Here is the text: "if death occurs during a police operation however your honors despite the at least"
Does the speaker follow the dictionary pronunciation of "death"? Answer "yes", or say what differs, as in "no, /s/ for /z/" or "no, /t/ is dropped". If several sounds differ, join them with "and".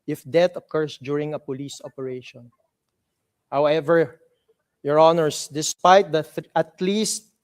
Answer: no, /t/ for /θ/